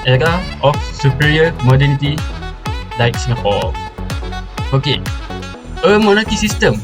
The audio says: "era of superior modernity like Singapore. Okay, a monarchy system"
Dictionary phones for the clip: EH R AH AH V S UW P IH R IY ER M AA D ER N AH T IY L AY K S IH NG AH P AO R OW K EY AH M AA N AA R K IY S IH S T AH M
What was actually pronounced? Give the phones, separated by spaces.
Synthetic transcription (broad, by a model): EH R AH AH F S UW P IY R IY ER M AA D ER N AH T IY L AY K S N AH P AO L OW K EY AH M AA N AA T IY S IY S T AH M